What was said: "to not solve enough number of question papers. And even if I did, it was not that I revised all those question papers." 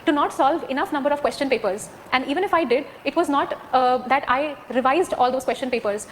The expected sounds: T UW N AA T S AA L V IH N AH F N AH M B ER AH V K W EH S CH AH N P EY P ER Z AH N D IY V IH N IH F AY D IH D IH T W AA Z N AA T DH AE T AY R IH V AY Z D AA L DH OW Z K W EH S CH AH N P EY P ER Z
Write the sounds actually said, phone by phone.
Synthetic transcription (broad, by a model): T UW N AA T S AA L V IH N AH F N AH M B ER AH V K W EH S CH AH N P EY P ER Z AH N D IY V IH N IH F AY D IH D IH T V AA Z N AA T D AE T AY R IH V AY Z D AA L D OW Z K W EH S CH AH N P EY P ER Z